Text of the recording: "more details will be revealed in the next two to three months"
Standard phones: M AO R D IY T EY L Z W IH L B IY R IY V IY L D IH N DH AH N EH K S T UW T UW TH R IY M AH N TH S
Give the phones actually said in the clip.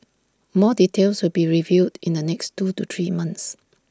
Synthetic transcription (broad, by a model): M AO D IY T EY L S W IH L B IY R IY V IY D IH N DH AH N EH K S T UW T UW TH R IY M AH N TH S